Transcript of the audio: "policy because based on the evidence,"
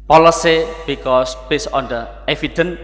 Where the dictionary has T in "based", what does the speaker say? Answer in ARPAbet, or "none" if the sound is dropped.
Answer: none